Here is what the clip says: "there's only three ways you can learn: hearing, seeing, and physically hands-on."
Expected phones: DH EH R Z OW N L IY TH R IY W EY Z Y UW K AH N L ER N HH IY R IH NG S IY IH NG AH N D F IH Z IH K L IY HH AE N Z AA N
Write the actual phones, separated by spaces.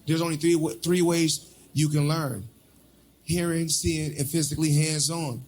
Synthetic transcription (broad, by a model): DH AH R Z OW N L IY TH R IY W EY Z Y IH K AH N L ER N HH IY R IH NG S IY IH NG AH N F IH Z IH K L IY HH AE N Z N